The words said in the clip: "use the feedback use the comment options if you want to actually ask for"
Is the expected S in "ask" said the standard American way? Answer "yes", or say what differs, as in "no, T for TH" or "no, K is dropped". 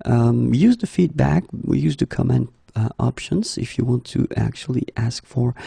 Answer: yes